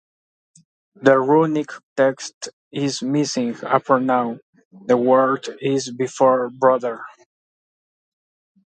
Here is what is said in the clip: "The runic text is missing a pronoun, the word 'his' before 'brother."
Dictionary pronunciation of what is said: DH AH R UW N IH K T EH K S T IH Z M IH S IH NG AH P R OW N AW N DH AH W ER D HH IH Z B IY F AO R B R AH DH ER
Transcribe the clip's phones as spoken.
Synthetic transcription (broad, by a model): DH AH R UW N IH K T EH K S T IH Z M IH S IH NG AH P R N AW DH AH W ER D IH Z B IY F AO R B R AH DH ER